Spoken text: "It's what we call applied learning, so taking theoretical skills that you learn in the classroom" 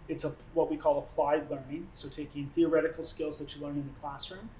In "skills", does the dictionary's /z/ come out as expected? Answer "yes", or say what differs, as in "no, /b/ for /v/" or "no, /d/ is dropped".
yes